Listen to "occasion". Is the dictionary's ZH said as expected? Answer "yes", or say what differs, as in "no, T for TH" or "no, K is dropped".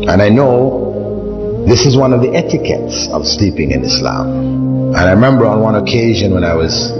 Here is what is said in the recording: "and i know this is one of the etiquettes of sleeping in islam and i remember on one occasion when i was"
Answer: yes